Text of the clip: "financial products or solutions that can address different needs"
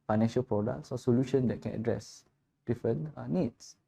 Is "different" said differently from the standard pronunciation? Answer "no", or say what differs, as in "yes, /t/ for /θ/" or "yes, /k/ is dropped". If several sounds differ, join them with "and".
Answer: yes, /ɹ/ is dropped